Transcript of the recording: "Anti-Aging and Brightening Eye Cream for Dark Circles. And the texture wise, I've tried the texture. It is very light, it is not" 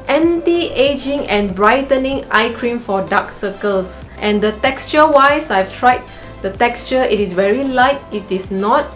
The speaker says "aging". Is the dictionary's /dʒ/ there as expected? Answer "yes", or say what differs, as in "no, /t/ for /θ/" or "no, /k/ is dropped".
yes